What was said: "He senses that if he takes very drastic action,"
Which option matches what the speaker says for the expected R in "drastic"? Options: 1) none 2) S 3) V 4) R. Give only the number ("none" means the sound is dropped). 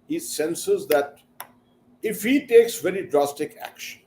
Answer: 4